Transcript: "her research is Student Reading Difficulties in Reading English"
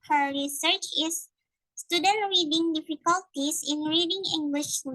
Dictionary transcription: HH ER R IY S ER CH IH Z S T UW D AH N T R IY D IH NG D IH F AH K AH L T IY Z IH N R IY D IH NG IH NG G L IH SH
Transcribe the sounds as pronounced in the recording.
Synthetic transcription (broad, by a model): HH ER R IY S ER CH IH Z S T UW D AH N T R IY D IH NG D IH F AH K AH L T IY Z IH N R IY D IH NG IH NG G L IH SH